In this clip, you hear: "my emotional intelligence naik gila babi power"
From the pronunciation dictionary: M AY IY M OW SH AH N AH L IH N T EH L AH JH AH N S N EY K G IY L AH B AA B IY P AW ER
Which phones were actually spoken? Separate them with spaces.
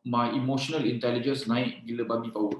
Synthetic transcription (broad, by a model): M AY IY M OW SH AH N AH L IH N T EH L AH JH AH N S N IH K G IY L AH B AA B IY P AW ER